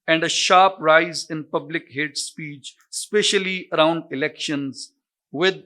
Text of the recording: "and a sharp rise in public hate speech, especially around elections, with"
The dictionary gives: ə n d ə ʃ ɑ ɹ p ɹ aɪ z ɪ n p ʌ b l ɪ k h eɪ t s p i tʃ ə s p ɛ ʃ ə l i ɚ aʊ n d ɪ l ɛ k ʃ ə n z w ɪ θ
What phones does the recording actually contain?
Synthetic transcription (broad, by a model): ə n d ə ʃ ɑ p ɹ aɪ z ɪ n p ʌ b l ɪ k h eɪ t s p i tʃ s p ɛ ʃ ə l i ɚ aʊ n d ɪ l ɛ k ʃ ə n z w ɪ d